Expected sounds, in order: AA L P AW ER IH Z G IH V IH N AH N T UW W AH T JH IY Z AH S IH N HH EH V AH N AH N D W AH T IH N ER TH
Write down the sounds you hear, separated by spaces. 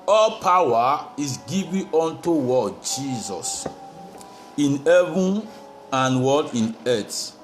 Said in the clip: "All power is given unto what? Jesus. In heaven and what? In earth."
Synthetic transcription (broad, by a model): AA L P AW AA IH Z G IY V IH AO N T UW W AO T JH IY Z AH S IH N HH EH V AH N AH N W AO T IH N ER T